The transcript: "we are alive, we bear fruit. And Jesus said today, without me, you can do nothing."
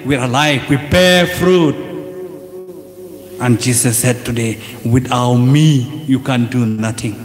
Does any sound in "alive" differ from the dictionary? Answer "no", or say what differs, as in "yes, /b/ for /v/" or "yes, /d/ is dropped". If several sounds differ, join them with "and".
yes, /f/ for /v/